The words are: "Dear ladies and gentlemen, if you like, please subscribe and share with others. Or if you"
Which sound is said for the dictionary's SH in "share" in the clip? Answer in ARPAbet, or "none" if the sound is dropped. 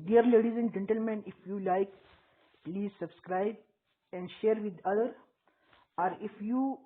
SH